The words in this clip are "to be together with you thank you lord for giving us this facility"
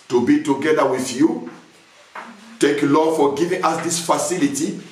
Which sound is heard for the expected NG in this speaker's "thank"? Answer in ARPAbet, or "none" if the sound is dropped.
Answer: none